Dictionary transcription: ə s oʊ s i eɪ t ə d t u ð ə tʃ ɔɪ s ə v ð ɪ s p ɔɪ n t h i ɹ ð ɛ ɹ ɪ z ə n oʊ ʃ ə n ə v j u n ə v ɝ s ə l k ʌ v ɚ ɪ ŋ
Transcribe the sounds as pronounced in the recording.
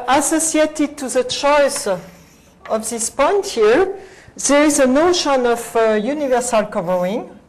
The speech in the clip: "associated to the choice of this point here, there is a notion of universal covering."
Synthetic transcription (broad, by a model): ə s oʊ s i eɪ t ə d t u ð ə tʃ ɔɪ s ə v ð ɪ s p ɔɪ n t h i ɹ ð ɛ ɹ ɪ z ə n oʊ ʃ ə n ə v j u n ə v ɝ s ə l k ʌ v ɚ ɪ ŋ